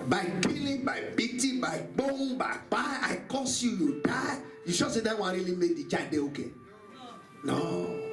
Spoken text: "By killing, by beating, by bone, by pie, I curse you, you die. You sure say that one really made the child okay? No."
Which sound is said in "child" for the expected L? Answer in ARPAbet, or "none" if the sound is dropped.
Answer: none